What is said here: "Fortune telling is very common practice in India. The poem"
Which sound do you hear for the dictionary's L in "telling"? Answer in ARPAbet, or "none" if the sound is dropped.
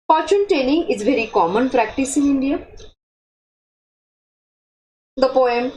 N